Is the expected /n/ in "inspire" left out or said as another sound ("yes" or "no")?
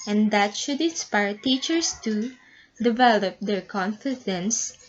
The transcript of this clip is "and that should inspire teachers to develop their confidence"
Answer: no